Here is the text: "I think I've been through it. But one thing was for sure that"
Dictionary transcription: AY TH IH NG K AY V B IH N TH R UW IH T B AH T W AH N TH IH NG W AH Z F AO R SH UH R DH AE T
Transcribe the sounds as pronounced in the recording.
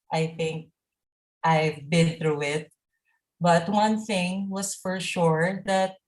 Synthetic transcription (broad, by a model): AY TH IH NG K AY V B IH N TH R UW IH T B AH T W AH N TH IH NG W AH S F AO R SH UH R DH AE T